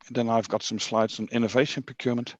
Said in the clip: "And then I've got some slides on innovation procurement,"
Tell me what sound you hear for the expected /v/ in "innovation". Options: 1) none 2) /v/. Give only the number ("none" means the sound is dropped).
2